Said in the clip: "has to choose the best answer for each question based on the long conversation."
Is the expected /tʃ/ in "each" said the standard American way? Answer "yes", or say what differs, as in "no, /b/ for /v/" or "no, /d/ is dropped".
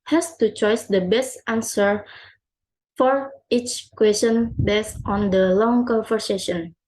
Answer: yes